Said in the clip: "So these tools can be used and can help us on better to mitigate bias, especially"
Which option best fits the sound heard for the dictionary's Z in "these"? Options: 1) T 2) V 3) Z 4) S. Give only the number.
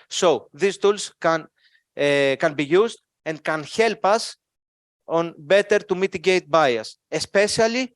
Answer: 4